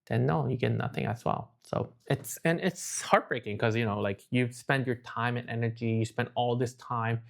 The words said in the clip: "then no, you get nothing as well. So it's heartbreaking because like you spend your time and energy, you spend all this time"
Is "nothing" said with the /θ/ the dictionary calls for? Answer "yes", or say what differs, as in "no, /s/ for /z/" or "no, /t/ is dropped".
yes